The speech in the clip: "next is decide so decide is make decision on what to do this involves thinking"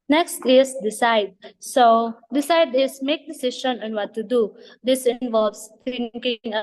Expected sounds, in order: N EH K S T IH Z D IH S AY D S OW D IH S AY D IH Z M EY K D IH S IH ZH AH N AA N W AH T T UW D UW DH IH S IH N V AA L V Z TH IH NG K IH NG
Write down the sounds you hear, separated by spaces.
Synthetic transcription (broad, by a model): N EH K S T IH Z D IH S AY D S OW D IH S AY D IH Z M EY K D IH S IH SH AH N AA N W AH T T UW D UW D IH S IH N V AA L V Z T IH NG K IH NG